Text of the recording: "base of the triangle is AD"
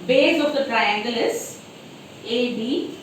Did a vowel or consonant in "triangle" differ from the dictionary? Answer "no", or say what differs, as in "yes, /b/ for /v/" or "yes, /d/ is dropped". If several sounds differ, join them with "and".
no